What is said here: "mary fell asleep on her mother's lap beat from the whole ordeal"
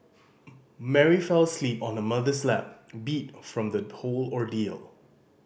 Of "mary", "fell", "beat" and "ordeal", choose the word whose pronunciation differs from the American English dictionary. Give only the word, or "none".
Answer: none